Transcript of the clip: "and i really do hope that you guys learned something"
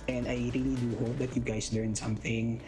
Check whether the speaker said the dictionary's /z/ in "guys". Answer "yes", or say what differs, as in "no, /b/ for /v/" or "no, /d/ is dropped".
no, /s/ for /z/